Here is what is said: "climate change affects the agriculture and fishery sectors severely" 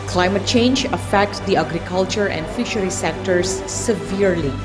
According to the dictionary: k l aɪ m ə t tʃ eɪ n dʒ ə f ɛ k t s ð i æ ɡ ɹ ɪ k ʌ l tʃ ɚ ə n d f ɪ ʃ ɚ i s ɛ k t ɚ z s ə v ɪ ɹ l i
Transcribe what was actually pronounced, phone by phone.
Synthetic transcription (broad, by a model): k l aɪ m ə t tʃ eɪ n dʒ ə f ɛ k t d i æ ɡ ɹ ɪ k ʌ l tʃ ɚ ə n d f ɪ ʃ ɚ i s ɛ k t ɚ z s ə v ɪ ɹ l i